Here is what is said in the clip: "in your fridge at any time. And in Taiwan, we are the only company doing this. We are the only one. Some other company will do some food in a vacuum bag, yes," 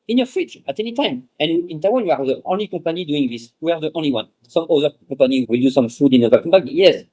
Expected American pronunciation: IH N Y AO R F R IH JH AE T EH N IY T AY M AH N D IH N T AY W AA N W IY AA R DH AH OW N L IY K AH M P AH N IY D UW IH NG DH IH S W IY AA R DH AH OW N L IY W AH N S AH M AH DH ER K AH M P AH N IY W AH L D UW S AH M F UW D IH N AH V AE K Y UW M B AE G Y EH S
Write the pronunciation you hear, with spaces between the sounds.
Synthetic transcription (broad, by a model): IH N Y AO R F IH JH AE T EH N IY T AY M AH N IH N T AY W AA N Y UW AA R DH AH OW N L IY K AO P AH N IY D UW IH NG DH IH S W IY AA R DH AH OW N L IY W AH N S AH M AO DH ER K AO P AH N IY W AH L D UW S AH M F UW D IH N AH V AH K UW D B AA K Y EH S